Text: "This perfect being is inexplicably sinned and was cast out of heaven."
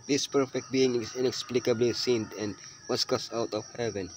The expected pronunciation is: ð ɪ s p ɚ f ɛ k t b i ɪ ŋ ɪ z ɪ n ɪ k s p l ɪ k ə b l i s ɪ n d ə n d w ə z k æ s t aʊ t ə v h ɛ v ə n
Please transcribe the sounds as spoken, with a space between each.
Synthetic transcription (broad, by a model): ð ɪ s p ɚ f ɛ k t b i ɪ ŋ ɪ ɪ n ɪ k s p l ɪ k ə b l i s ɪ n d ə n d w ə s k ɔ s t aʊ t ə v h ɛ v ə n